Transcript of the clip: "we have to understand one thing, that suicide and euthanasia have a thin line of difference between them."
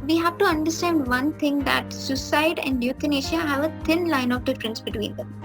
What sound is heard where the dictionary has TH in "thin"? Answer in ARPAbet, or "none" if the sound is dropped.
T